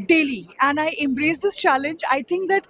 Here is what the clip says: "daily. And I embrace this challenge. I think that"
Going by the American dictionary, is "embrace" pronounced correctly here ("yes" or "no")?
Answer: yes